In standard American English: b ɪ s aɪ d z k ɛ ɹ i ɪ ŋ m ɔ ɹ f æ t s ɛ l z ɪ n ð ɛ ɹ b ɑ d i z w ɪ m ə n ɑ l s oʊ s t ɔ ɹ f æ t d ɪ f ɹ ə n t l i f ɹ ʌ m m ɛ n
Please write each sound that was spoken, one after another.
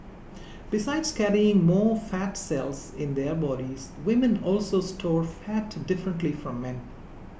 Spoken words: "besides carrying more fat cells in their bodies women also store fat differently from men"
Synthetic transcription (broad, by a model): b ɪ s aɪ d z k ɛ ɹ i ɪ ŋ m ɔ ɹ f æ t s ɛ l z ɪ n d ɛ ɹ b ɑ d i z w ɪ m ə n ɑ l s oʊ s t ɔ ɹ f æ t d ɪ f ɹ ə n t l i f ɹ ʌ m m ɛ n